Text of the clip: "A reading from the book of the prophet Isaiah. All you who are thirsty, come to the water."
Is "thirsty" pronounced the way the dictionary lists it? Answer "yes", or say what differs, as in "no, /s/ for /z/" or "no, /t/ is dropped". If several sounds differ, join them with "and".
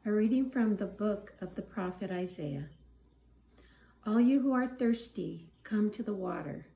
yes